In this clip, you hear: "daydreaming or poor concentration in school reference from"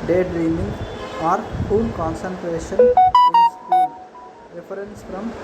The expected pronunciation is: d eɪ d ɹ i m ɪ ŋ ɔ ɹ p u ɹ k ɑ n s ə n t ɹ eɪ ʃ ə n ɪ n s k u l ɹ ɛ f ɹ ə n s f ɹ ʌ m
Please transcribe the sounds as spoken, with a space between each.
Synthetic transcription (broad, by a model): d eɪ d ɹ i m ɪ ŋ ɔ ɹ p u l k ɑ n s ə n t ɹ eɪ ʃ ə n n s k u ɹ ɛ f ɹ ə n s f ɹ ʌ m